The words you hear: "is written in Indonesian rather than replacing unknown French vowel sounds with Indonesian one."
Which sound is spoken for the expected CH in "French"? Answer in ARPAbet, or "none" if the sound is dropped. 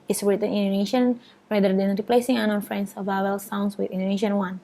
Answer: S